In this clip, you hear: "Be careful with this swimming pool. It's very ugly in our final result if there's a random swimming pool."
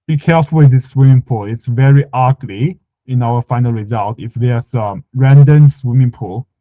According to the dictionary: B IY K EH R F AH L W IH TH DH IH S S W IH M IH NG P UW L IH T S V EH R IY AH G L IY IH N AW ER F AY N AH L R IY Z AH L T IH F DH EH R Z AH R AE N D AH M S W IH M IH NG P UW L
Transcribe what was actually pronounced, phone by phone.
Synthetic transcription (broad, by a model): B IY K EH R F AH L W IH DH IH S S W IH M IH NG P UW L IH T S V EH R IY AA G L IY IH N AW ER F AY N AH L R IY Z AH L T IH F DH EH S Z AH R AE N D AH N S W IH M IH NG P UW L